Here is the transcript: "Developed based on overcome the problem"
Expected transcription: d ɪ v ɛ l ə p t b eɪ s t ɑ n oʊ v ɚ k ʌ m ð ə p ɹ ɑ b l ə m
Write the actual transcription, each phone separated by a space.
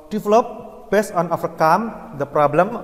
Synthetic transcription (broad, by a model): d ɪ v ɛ l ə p b eɪ s t ɑ n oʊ f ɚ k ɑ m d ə p ɹ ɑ b l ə m